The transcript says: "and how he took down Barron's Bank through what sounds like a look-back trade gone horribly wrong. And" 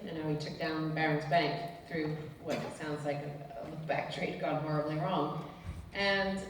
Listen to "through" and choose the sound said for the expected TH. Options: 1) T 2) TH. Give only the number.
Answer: 2